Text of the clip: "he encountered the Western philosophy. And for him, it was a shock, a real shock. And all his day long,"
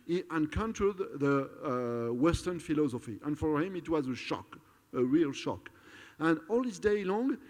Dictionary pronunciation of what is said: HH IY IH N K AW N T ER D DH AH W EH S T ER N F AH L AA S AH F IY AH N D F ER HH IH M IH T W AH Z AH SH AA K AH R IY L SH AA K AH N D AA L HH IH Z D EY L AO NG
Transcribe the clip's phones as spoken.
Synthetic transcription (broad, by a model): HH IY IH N K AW N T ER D DH AH W EH S T ER N F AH L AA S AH F IY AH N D F ER HH IH M IH T W AH Z AH SH AA K AH R IY L SH AA K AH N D AA L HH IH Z D EY L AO NG